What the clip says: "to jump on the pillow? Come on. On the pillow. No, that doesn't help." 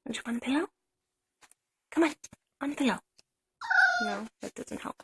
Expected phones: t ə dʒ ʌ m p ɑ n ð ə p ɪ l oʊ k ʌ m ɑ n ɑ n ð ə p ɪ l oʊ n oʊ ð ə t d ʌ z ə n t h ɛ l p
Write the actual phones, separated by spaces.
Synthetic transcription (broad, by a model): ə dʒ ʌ p ɑ n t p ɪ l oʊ k ʌ m ɑ n ɑ n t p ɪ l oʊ n oʊ ð ə t d ʌ z ə n t h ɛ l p